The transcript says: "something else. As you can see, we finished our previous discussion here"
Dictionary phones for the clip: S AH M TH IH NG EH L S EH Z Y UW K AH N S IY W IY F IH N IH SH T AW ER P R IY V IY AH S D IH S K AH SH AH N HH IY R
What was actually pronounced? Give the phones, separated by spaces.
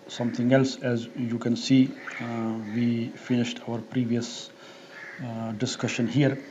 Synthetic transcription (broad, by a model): S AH M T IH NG EH L S EH Z Y UW K AH N S IY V IY F IH N IH SH T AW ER P R IY V IY AH S D IH S K AH SH AH N HH IY R